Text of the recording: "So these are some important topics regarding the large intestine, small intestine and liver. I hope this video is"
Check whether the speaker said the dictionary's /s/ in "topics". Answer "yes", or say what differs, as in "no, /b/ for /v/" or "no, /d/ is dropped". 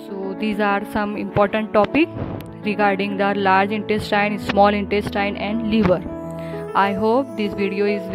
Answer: no, /s/ is dropped